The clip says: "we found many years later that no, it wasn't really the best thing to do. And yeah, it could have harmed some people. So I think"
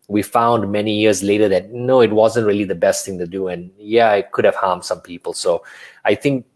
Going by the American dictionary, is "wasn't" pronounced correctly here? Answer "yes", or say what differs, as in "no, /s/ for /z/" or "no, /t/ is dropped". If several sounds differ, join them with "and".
yes